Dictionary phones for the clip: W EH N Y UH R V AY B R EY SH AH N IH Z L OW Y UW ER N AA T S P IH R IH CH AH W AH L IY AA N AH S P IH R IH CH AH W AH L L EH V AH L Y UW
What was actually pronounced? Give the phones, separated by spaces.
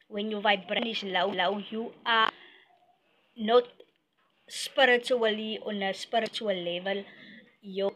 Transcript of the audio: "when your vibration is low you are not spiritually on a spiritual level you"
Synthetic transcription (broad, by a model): W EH N Y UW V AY B R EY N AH L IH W L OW Y UW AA N AA T S P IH R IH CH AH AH L IY AA N AH S P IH R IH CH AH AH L L EH V AH L Y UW